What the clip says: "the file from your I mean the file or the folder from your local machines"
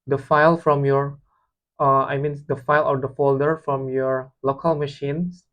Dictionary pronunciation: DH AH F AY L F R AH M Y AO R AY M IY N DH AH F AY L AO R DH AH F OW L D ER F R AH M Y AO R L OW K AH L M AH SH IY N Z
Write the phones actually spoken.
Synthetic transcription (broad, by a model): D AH F AY L F R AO M Y AO R AY M IY N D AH F AY L AO R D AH F OW L D ER F R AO M Y AO R L OW K AH L M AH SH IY N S